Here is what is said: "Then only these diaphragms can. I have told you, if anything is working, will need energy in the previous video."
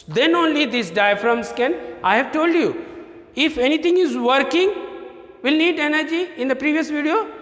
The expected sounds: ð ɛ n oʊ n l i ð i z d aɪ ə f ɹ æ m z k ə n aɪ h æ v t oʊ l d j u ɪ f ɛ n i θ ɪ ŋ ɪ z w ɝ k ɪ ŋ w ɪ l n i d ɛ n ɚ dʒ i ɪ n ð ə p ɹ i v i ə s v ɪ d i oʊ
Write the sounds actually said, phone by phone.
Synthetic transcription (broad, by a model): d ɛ n oʊ n l i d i s d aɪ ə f ɹ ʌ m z k ə n aɪ h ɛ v t oʊ l d j u ɪ f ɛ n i t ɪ ŋ ɪ z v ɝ k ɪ ŋ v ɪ l n i d ɛ n ɚ dʒ i ɪ n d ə p ɹ i v i ə s v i d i oʊ